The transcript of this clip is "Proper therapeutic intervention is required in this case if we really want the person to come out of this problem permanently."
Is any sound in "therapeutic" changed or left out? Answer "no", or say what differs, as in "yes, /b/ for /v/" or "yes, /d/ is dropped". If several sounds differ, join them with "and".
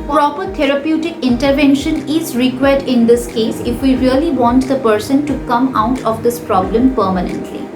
yes, /t/ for /θ/